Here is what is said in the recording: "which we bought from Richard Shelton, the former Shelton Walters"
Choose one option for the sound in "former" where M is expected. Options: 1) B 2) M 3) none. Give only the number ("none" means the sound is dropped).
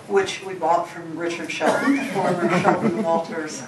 3